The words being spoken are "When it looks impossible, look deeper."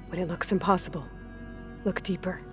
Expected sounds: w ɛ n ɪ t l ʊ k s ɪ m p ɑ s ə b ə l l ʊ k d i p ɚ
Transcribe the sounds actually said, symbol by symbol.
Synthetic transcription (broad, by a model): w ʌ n ɪ t l ʊ k s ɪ m p ɑ s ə b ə l l ʊ k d i p ɚ